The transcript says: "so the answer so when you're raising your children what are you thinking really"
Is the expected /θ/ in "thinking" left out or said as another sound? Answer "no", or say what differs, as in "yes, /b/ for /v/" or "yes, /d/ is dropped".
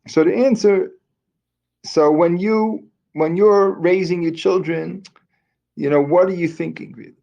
no